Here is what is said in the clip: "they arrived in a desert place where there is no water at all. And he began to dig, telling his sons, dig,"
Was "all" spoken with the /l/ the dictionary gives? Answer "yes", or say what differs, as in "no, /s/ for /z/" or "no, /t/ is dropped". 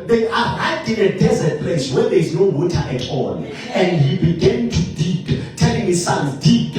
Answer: no, /n/ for /l/